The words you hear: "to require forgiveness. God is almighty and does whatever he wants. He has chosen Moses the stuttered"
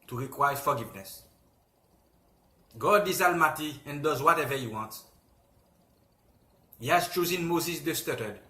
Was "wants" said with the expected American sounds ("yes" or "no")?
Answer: no